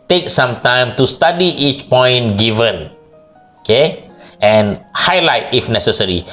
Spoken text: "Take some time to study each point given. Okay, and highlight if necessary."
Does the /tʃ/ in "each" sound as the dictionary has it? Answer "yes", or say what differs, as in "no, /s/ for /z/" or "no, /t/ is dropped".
yes